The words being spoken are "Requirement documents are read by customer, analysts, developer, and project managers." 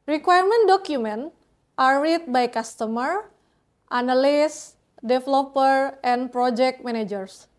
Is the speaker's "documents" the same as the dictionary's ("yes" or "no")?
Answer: no